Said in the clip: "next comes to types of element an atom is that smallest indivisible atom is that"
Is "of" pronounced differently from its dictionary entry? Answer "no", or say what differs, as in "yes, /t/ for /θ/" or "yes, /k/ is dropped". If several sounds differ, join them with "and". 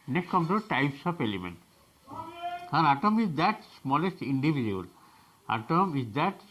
yes, /p/ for /v/